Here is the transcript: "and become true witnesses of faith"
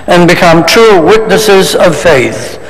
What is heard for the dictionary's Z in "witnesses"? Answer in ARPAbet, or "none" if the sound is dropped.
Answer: Z